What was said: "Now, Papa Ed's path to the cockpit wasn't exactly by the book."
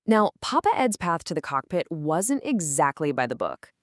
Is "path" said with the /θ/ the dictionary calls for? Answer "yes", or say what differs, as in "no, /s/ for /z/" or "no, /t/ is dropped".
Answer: yes